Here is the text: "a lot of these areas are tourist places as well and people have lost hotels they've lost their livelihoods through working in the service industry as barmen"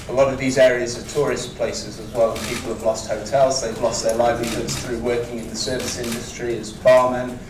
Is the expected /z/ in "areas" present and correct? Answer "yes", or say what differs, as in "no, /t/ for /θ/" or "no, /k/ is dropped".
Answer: yes